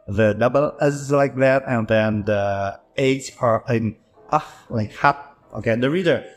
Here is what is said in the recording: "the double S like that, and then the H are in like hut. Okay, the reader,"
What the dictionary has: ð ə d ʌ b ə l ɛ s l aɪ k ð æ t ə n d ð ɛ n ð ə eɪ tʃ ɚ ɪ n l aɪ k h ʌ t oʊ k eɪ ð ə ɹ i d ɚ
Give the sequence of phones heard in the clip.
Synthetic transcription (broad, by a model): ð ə d ʌ b ə l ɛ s l aɪ k ð æ t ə n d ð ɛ n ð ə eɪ s ɚ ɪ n l aɪ k h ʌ t oʊ k eɪ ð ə ɹ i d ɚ